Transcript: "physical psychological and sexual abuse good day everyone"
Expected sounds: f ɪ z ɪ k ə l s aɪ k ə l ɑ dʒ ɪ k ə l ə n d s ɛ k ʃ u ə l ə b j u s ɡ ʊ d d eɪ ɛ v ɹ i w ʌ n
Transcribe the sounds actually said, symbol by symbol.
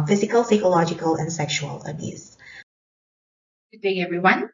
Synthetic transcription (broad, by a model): f ɪ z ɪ k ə l s aɪ k ə l ɑ dʒ ɪ k ə l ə n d s ɛ k ʃ u ə l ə b j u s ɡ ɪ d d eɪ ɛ v ɹ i w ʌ n